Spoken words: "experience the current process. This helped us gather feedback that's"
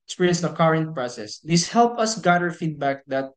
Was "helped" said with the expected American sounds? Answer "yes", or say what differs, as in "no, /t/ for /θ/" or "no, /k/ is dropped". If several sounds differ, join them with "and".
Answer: no, /t/ is dropped